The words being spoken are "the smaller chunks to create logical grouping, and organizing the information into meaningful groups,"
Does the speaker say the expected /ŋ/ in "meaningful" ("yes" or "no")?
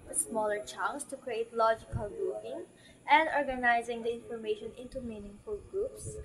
yes